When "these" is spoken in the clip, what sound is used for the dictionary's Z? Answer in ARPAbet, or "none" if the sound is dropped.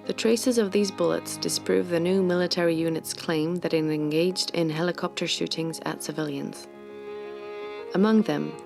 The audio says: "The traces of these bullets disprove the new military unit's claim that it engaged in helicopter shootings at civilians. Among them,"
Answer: Z